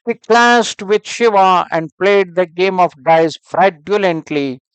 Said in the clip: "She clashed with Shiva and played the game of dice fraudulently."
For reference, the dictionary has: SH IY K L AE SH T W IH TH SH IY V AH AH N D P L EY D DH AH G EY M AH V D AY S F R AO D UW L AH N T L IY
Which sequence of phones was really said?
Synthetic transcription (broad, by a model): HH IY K L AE S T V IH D SH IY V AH AH N D P L EY D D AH G EY M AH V D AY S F R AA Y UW L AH N T L IY